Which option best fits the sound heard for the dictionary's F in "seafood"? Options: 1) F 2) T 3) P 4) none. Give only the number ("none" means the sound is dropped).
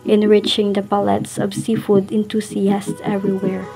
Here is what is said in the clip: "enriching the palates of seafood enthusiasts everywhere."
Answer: 1